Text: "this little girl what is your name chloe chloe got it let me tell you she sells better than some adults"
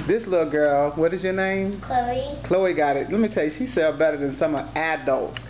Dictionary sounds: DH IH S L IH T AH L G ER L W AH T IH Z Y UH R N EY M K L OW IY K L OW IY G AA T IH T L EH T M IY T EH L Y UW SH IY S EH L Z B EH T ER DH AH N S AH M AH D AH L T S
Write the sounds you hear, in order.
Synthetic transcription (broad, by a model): DH IH S L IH T L G ER L W AH T IH Z Y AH R N EY M K L OW IY K L OW IY G AA T IH T L EH T M IY T EH L Y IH SH IY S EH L B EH T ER DH AH N S AH M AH D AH L T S